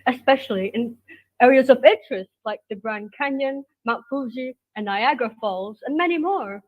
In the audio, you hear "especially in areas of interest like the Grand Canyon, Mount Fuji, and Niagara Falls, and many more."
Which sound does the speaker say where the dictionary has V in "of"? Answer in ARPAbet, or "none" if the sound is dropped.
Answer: V